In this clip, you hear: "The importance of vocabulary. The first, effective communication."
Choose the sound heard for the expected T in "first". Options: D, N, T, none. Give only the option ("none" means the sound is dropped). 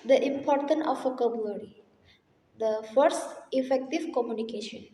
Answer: T